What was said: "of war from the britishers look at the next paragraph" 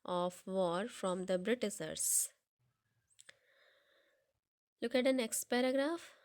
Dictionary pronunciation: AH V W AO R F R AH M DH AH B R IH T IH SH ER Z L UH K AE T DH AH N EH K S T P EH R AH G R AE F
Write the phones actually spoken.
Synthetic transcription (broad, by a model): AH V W AO R F R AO M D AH B R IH T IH S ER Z L UH K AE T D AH N EH K S T P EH R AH G R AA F